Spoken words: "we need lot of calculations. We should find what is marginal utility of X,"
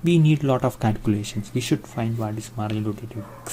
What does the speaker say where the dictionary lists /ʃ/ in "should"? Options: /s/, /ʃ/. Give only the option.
/ʃ/